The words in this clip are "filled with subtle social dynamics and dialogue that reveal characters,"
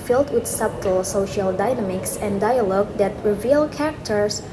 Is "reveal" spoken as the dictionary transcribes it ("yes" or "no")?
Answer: yes